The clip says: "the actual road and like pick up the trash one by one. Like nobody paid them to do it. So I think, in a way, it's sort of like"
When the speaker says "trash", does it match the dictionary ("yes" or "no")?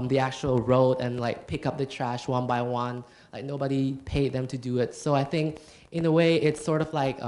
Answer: yes